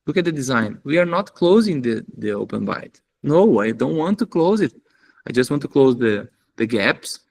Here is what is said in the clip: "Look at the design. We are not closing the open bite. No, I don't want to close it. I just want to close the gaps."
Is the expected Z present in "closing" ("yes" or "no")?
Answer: yes